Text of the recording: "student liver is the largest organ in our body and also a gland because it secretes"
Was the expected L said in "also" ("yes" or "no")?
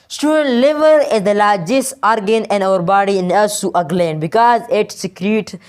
no